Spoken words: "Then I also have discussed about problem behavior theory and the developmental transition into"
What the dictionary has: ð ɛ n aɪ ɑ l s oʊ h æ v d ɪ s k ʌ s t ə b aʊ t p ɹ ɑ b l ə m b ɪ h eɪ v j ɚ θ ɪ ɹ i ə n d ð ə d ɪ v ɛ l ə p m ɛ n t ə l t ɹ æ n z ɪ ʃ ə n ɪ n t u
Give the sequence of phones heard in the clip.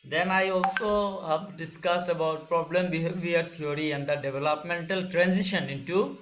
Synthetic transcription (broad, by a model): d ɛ n aɪ ɑ l s oʊ h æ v d ɪ s k ʌ s t ə b aʊ t p ɹ ɑ b l ə m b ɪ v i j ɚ t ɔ ɹ i ə n d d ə d ɪ v ɛ l ə p m ɛ n t ə l t ɹ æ n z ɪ ʃ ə n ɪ n t u